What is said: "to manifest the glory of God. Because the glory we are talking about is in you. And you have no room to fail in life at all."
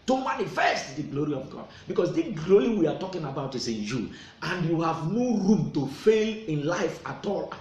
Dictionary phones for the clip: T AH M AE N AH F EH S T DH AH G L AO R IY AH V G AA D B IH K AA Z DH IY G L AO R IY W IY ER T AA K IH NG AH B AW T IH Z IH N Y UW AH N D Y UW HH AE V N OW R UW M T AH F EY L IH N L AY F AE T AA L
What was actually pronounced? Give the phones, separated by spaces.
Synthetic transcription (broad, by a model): T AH M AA N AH F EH S T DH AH G L AO R IY AH V G AA D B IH K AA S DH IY G L AO R IY W IY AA T AA K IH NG AH B AW T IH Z IH N Y UW AH N D Y UW HH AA V N OW R UW M T AH F EY L IH N L AY F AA T AA L